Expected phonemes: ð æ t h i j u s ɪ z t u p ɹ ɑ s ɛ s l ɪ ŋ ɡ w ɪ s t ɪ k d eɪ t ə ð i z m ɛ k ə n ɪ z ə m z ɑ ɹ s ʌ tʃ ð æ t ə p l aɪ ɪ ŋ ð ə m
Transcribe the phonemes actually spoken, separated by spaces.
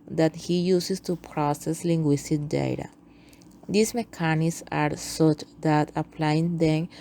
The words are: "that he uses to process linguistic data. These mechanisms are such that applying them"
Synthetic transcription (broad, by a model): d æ t h i j u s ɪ s t u p ɹ ɑ s ɛ s l ɪ ŋ ɡ w ɪ s t ɪ k d eɪ t ə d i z m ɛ k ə n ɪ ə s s ɑ ɹ s ʌ tʃ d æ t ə p l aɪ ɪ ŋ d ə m